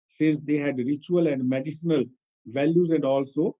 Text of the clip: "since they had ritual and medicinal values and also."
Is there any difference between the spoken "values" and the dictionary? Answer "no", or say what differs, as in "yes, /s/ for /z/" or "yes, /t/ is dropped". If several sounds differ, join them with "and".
no